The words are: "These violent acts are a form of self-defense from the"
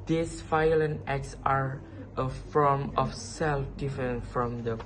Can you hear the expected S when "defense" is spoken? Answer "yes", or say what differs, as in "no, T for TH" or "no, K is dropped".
no, S is dropped